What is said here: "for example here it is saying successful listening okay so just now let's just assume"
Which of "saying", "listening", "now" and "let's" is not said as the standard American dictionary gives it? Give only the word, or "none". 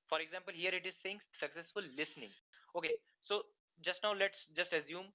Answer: none